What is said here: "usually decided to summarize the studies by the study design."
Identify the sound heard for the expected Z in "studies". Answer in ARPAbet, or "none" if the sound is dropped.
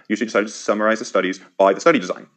Z